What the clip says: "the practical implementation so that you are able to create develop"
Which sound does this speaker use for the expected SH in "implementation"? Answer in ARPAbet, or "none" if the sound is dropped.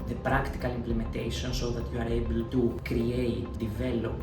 S